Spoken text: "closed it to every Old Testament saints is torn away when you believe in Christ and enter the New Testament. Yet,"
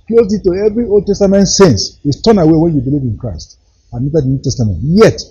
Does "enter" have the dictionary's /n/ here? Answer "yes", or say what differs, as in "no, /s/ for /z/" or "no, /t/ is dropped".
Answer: no, /n/ is dropped